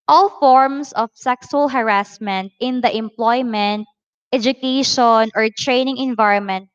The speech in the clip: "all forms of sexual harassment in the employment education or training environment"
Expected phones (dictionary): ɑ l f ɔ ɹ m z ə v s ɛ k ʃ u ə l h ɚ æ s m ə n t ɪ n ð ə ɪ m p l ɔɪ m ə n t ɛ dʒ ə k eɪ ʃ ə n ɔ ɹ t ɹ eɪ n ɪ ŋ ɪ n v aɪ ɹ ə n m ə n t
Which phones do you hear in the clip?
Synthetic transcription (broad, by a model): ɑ l f ɔ ɹ m s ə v s ɛ k s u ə l h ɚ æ s m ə n t ɪ n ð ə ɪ m p l ɔɪ m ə n t ɛ dʒ ə k eɪ ʃ ə n ɔ ɹ t ɹ eɪ n ɪ ŋ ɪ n v aɪ ɹ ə n m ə n t